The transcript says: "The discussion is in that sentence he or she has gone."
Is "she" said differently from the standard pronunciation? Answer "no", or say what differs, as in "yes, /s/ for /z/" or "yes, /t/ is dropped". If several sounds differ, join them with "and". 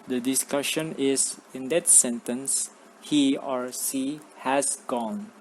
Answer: yes, /s/ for /ʃ/